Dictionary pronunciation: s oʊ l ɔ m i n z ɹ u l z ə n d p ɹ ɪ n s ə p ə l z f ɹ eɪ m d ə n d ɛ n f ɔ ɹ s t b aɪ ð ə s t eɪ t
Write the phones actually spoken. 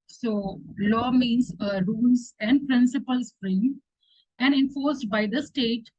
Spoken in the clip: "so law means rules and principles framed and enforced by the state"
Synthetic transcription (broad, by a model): s oʊ l ɔ m i n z ɹ u l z ə n d p ɹ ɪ n s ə p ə l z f ɹ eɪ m ə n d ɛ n f ɔ ɹ s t b aɪ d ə s t eɪ t